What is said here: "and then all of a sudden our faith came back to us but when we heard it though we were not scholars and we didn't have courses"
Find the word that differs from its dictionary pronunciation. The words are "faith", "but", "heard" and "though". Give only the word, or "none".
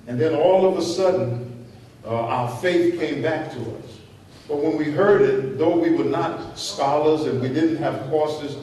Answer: none